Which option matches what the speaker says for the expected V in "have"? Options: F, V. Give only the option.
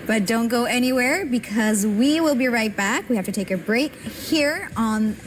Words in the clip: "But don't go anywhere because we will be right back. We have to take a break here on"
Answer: F